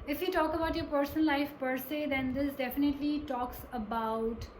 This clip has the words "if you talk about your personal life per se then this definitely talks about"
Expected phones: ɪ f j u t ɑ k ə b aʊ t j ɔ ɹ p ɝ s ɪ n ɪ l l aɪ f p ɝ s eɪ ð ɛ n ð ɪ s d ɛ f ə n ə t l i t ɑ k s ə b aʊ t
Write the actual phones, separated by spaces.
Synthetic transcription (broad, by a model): ɪ f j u t ɑ k ə b aʊ t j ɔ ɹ p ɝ s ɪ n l l aɪ f p ɝ s eɪ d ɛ n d ɪ s d ɛ f ə n ə t l i t ɑ k s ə b aʊ t